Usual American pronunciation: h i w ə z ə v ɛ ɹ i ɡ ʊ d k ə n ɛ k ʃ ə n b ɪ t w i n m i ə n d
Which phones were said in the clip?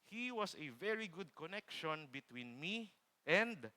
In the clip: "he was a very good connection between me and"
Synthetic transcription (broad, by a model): h i w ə s ə v ɛ ɹ i ɡ ʊ d k ə n ɛ k ʃ ə n b ɪ t w i n m i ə n d